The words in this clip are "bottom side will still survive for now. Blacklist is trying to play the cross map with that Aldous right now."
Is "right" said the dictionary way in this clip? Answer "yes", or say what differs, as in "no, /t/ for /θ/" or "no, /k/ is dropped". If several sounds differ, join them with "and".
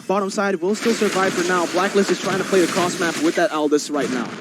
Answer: yes